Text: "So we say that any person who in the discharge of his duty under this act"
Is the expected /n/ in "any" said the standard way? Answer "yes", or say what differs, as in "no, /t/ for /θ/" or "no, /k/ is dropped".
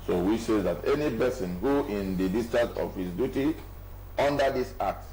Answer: yes